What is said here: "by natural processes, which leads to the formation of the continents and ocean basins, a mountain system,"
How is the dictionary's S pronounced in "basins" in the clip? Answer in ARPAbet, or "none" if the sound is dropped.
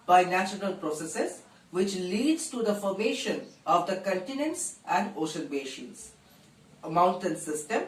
SH